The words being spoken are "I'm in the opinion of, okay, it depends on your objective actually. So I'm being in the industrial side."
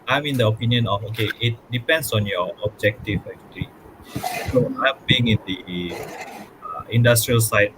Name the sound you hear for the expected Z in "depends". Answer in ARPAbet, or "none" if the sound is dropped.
S